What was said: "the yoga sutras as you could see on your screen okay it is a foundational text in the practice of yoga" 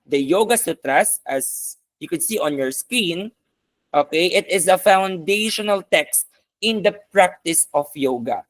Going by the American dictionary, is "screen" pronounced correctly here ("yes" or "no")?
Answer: no